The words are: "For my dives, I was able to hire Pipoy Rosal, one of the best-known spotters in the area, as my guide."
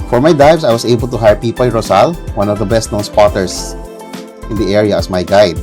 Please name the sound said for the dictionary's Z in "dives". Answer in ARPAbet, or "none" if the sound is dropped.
S